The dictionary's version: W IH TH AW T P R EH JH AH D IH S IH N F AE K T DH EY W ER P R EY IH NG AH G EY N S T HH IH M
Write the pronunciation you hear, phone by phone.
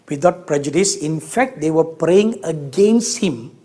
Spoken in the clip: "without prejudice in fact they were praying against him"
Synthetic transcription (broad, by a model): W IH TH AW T P R EH JH AH D IH S IH N F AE K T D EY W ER P R EY IH NG AH G EY N S T HH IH M